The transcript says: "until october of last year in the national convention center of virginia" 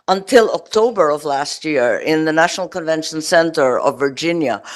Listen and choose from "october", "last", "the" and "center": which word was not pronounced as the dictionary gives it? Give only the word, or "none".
none